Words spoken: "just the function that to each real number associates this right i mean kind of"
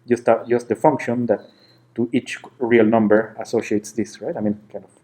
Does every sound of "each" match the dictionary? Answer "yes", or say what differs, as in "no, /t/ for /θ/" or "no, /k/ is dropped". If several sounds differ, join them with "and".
yes